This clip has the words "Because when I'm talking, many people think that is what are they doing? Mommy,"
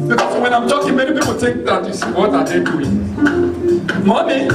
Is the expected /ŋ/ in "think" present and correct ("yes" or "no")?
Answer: no